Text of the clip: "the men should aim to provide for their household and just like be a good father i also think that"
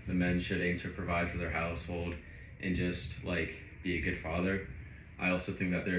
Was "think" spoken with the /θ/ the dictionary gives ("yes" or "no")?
yes